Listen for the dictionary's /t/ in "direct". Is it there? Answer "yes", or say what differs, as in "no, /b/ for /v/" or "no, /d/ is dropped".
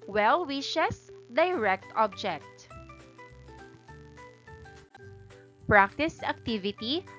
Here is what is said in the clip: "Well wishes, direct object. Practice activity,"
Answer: yes